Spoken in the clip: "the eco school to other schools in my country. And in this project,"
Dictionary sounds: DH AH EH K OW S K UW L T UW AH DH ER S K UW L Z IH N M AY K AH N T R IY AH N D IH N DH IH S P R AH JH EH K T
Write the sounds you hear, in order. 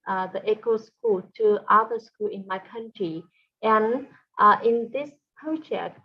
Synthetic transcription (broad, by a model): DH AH EH K OW S K UW L T UW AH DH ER S K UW L IH N M AY K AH N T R IY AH N IH N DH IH S P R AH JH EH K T